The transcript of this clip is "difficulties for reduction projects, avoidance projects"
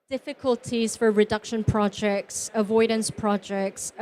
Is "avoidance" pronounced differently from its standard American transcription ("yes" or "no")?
no